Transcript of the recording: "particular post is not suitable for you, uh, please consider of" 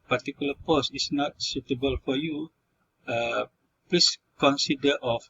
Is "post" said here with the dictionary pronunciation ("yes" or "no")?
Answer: no